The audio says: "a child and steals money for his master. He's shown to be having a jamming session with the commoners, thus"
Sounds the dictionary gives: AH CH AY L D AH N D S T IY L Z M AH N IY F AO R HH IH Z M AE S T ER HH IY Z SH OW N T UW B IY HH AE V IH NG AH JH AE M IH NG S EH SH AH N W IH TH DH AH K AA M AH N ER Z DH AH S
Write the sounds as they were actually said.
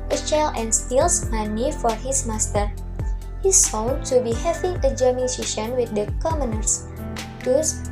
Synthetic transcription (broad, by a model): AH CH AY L AH N S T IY L S M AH N IY F AO R HH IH S M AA S T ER HH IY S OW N T UW B IY HH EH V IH NG AH JH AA M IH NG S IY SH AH N W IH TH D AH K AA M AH N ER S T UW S